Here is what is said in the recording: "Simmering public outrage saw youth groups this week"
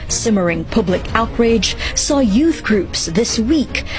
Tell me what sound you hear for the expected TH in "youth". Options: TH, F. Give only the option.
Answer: TH